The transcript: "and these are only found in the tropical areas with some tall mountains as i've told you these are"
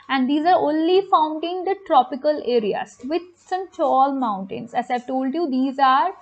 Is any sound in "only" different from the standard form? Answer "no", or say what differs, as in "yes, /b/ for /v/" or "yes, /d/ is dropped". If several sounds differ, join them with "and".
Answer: no